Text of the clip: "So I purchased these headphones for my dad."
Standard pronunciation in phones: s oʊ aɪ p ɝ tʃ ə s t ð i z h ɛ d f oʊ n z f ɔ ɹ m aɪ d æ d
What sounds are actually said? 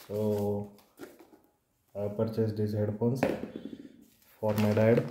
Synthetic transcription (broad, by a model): s oʊ aɪ p ɝ tʃ ə s t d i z h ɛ d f oʊ n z f ɔ ɹ m aɪ d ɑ d